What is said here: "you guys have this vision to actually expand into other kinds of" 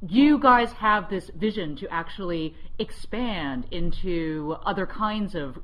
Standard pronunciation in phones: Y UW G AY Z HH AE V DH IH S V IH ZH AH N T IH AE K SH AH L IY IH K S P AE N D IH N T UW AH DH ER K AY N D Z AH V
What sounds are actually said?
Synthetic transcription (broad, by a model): Y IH G AY Z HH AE V DH IH S V IH ZH AH N T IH AE K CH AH L IY IH K S P AE N D IH N T UW AH DH ER K AY N D Z AH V